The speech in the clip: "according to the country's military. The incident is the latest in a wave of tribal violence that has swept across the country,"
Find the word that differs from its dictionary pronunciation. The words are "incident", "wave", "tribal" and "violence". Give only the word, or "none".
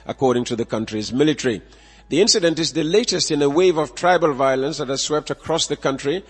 none